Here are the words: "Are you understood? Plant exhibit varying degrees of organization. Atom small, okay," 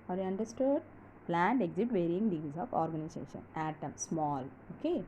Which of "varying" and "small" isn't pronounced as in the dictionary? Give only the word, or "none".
none